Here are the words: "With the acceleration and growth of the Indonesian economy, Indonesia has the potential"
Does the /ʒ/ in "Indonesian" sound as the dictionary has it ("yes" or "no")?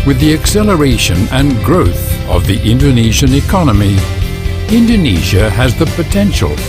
yes